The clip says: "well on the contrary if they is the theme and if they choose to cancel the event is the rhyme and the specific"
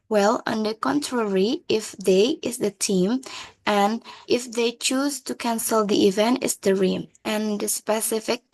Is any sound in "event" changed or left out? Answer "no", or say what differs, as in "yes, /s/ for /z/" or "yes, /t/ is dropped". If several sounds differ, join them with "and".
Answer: no